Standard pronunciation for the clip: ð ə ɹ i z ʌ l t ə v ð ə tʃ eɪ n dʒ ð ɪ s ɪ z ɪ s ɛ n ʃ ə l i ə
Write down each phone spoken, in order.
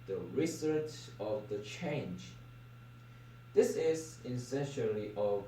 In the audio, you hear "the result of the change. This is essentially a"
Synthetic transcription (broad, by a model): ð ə ɹ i s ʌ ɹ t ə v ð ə tʃ eɪ n dʒ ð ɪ s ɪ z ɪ s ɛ n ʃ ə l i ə